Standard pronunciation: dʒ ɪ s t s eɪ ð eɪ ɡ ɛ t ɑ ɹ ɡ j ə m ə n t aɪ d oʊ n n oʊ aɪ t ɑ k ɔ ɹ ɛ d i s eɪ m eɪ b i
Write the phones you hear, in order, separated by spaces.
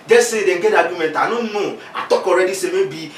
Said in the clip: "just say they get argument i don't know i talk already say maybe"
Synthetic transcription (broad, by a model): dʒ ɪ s s eɪ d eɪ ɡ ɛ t ɑ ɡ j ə m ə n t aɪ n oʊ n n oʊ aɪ t ɑ k ɔ ɹ ɛ d i s eɪ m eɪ b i